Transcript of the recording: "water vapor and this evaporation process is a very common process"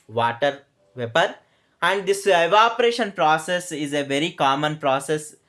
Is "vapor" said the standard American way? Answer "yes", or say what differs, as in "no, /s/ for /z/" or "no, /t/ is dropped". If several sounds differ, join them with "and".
yes